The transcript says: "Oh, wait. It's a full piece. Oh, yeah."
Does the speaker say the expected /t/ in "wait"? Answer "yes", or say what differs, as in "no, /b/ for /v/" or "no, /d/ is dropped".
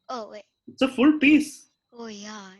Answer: no, /t/ is dropped